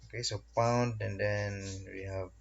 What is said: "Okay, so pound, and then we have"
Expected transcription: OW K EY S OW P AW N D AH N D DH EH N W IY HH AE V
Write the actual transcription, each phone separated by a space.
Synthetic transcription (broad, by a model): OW K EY S OW P AW N D AH N D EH N W IY HH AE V